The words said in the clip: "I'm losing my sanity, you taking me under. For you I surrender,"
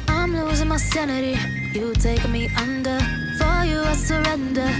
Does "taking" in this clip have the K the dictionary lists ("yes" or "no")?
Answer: no